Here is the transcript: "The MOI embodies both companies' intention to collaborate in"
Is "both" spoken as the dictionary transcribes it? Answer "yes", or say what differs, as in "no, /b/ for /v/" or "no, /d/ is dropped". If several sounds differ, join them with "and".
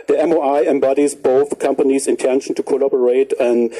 yes